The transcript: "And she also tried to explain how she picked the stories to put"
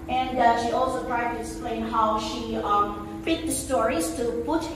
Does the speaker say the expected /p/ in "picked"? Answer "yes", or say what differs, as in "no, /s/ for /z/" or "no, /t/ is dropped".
no, /f/ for /p/